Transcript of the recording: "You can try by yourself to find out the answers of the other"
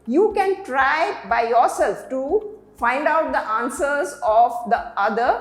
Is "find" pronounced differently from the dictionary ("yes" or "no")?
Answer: no